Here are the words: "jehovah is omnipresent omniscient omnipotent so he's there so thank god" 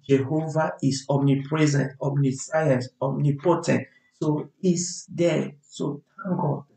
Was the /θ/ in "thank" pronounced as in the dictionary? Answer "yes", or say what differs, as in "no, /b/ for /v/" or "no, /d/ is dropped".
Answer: no, /t/ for /θ/